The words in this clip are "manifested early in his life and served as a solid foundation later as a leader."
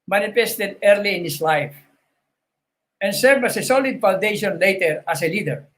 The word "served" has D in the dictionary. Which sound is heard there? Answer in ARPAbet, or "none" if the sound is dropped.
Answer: none